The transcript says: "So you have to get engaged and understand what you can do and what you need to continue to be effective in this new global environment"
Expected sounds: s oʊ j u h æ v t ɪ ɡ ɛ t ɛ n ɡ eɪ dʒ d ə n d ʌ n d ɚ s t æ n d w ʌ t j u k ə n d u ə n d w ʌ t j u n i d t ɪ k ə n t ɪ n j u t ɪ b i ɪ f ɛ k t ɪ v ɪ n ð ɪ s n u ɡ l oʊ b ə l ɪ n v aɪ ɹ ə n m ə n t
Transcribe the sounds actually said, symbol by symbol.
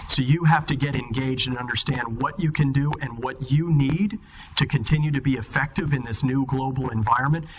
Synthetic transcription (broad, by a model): s oʊ j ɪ h æ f t ɪ ɡ ɛ t ɛ n ɡ eɪ dʒ d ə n ʌ n d ɚ s t æ n d w ʌ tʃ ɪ k ə n d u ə n w ʌ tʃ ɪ n i d t ɪ k ə n t ɪ n j u t ɪ b i ɪ f ɛ k t ɪ v ɪ n ð ɪ s n u ɡ l oʊ b l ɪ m v aɪ ɹ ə n m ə n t